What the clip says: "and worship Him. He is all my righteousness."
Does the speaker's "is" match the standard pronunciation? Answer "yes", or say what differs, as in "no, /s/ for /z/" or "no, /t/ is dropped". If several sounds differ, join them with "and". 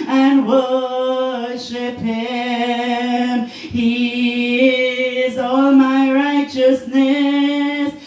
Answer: yes